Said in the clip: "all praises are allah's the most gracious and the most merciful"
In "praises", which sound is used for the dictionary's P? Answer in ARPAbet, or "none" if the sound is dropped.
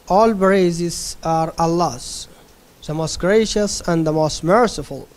B